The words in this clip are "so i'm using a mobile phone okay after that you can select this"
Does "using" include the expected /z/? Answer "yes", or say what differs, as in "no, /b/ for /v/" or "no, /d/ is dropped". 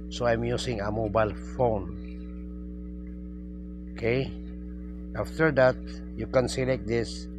no, /s/ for /z/